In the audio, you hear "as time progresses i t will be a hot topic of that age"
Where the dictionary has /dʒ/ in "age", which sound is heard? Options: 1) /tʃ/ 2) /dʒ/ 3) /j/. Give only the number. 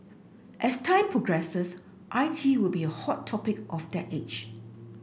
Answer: 1